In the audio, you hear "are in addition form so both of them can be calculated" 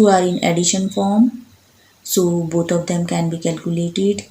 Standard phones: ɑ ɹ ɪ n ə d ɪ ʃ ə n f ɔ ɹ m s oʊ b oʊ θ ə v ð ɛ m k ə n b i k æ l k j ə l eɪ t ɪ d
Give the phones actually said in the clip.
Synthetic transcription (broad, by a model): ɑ ɹ ɪ n ə d ɪ ʃ ə n f ɔ ɹ m s oʊ b oʊ t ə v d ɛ m k ə n b i k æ l k j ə l eɪ t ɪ d